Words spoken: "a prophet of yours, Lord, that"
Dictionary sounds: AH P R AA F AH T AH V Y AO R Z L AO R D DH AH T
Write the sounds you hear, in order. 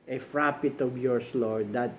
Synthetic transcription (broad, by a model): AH F R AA P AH T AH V Y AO R S L AO R D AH T